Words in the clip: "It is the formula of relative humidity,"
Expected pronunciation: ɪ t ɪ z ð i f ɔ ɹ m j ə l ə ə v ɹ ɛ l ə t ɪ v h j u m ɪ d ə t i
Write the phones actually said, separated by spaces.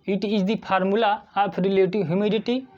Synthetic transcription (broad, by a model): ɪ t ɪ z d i p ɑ ɹ m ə l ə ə p ɹ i l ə t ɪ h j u m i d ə t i